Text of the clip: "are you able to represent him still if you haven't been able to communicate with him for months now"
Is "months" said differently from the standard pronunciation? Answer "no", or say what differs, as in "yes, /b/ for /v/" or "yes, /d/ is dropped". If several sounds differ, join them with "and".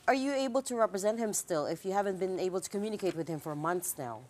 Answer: no